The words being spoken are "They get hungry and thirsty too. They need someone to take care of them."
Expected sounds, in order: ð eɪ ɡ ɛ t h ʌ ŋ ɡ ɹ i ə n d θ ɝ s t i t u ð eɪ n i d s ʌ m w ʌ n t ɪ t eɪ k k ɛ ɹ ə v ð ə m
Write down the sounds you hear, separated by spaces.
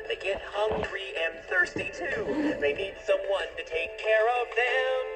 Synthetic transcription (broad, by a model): ð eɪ ɡ ɛ t h ʌ ŋ ɡ ɹ i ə n θ ɝ s t i t u ð eɪ n i d s ʌ m w ʌ n t ɪ t eɪ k k ɛ ɹ ə v ð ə m